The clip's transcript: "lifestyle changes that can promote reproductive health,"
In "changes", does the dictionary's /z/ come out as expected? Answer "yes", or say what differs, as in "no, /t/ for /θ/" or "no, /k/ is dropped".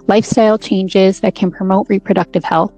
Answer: yes